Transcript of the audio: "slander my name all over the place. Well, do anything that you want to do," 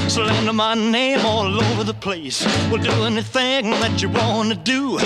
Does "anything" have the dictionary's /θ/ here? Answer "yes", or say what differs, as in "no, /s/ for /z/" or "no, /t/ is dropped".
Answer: yes